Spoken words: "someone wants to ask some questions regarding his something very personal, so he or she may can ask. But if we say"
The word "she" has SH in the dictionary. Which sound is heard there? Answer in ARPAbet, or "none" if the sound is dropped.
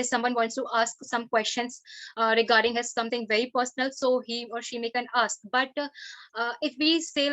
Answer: SH